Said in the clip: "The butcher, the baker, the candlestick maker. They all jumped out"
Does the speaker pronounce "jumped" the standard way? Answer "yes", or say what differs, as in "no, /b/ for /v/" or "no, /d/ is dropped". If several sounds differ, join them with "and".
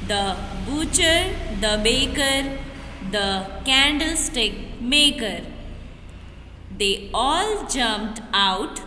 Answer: yes